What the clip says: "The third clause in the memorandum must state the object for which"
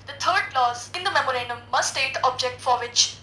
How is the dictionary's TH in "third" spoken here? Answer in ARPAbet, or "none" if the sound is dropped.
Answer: T